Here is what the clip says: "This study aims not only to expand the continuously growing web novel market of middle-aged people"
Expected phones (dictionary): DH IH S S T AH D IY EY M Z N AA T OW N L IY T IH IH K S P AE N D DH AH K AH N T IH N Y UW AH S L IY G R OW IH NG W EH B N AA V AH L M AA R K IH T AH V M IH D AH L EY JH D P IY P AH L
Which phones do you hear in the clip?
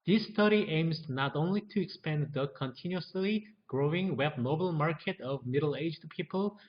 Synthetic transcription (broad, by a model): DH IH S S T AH D IY EY M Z N AA T OW N L IY T IH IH K S P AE N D DH AH K AH N T IH N Y UW AH S L IY G R OW IH NG W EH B N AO AH L M AA R K IH T AH V M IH D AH L EY JH D P IY P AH L